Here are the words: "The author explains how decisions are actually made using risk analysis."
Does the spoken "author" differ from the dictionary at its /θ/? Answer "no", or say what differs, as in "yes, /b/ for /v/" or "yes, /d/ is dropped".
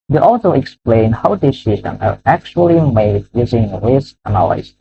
yes, /s/ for /θ/